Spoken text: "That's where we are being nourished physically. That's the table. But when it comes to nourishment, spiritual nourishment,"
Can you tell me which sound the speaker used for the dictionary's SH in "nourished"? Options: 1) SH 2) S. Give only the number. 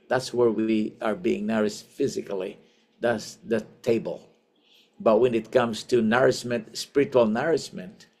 2